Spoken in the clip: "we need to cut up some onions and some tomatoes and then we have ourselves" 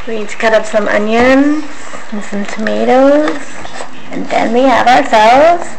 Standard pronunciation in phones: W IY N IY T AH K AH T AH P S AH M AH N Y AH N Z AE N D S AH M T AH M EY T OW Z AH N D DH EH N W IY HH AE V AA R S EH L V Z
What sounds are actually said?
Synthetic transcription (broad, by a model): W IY N IY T K AH T AH P S AH M AH N Y AH N Z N S AH M T AH M EY T OW Z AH N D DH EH N W IY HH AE V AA R S EH L V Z